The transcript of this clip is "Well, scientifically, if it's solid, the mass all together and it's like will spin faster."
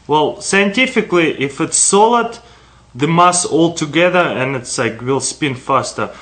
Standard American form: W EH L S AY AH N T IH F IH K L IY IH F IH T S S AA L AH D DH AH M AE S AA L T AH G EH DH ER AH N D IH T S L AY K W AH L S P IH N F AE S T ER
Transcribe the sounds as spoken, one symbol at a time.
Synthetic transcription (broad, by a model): W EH L S AY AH N T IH F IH K L IY IH F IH T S S AA L AH D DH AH M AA S AA L T AH G EH DH ER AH N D IH T S L AY K W AH L S P IH N F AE S T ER